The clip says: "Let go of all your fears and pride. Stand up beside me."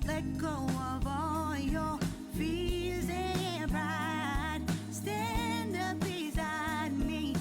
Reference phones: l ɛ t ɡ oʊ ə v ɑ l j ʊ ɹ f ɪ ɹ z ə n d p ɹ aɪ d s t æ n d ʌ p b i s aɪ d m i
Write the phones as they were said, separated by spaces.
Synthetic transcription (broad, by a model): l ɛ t ɡ oʊ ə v ɑ l j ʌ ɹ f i l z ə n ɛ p ɹ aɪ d s t æ n d ʌ p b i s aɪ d m i